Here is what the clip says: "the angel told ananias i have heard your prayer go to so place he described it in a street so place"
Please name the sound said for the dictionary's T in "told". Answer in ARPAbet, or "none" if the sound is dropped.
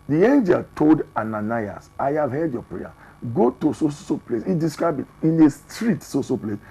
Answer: T